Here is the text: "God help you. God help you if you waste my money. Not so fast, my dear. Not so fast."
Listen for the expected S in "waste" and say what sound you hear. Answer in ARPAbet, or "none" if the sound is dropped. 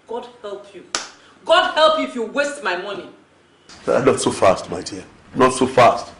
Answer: S